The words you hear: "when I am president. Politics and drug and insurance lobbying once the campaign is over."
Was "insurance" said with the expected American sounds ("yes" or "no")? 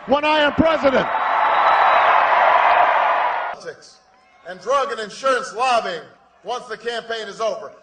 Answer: yes